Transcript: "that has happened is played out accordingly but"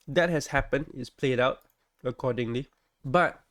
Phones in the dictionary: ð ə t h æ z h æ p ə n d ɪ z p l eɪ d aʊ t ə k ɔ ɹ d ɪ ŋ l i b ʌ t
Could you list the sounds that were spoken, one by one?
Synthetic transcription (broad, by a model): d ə t h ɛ s h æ p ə n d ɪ s p l eɪ d aʊ t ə k ɔ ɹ d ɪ ŋ l i b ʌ t